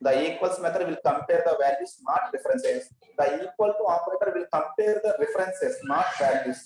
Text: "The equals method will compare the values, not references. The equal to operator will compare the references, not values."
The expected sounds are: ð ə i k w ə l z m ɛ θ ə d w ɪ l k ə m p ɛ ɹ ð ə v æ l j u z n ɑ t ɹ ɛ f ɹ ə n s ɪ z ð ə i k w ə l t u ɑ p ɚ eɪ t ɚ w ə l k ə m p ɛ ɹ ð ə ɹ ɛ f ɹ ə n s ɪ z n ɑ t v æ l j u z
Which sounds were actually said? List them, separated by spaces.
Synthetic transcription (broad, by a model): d ə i k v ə l s m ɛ t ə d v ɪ l k ə m p ɛ ɹ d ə v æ l j u s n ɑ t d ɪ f ɹ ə n s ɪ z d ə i k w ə l t u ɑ p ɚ eɪ t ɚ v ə l k ə m p ɛ ɹ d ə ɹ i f ɹ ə n s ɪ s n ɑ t v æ l j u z